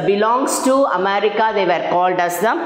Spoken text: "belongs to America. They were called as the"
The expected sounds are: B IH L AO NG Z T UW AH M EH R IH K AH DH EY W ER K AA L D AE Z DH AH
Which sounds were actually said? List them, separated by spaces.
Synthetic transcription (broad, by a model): B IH L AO NG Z T UW AH M EH R IH K AH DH EY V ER K AA L D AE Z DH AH